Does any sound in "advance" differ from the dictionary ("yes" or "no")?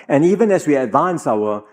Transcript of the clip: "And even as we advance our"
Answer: no